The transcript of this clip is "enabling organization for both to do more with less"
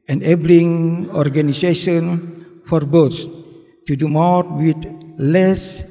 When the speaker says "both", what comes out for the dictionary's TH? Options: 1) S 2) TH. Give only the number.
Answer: 1